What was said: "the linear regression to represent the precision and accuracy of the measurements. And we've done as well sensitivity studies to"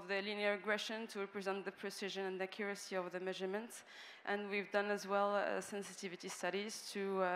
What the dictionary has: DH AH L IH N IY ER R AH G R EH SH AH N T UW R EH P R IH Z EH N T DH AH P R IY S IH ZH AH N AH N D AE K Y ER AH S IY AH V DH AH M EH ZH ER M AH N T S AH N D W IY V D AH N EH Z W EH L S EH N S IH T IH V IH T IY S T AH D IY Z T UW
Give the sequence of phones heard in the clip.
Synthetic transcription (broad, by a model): DH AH L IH N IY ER R AH G R EH SH AH N T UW R EH P R IH Z EH N T DH AH P R IY S IH ZH AH N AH N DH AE K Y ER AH S IY AH V DH AH M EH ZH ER M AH N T S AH N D W IY V D AH N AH Z W EH L S EH N S IH T IH V IH T IY S T AH D IY Z T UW